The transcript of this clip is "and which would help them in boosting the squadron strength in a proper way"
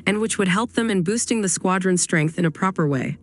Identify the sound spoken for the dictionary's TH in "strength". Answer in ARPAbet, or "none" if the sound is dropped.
TH